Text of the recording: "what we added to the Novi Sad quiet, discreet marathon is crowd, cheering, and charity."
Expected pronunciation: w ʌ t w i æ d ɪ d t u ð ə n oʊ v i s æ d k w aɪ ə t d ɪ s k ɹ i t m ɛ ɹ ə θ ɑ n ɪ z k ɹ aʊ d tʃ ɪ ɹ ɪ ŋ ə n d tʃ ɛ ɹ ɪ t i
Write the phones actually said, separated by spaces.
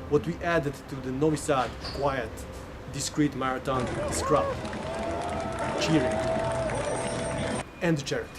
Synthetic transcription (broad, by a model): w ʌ t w i æ d ɪ d t u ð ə n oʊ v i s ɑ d k w aɪ ə t d ɪ s k ɹ i t m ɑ ɹ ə t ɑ n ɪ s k ɹ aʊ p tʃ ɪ ɹ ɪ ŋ ə n d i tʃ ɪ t